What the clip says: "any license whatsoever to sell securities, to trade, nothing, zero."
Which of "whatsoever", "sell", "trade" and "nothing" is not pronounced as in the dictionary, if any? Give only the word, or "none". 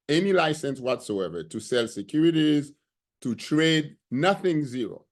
none